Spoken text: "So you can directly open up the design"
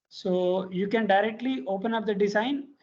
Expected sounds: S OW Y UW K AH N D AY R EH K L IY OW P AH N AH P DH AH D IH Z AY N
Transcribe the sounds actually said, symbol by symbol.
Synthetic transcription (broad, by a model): S OW Y UW K AH N D AY R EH K L IY OW P AH N AH P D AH D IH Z AY N